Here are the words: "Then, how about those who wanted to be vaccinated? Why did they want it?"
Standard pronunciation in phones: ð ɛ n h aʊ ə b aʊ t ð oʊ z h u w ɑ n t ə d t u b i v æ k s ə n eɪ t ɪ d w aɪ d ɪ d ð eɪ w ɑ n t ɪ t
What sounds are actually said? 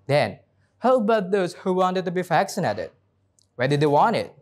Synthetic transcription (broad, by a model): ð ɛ n h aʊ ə b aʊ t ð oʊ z h u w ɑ n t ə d t u b i f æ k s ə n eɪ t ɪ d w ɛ d ɪ d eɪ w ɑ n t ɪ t